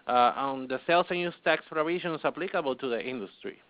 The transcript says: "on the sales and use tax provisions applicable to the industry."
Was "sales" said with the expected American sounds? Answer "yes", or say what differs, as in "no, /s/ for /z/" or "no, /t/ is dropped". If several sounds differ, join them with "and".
no, /s/ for /z/